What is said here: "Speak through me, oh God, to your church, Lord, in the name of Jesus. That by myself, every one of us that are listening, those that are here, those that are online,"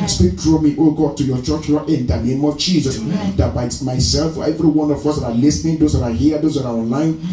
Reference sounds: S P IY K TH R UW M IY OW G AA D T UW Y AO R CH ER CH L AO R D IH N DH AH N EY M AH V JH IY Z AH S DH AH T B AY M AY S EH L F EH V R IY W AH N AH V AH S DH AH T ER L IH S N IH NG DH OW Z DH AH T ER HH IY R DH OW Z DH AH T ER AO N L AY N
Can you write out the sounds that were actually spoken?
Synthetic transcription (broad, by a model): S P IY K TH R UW M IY OW G AA D T UW Y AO CH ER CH N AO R IH N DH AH N EY M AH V JH IY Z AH S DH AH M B AY M AY S EH L F EH V R IY W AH N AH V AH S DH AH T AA L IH S N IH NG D OW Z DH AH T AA HH IY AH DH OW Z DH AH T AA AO N L AY N